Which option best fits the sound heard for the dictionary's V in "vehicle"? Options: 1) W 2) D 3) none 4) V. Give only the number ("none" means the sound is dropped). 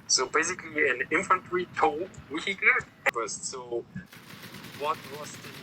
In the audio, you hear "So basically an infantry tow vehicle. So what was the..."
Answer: 1